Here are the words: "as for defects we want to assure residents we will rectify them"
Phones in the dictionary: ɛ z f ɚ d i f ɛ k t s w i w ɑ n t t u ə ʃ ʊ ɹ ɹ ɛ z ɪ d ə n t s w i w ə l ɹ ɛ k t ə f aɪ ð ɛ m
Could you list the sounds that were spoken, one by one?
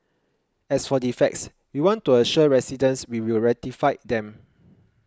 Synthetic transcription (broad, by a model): ɛ s f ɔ d i f ɛ k t s w i w ɑ n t t u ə ʃ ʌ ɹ ɹ ɛ s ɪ d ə n s w i w ə l ɹ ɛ t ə f aɪ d ɛ m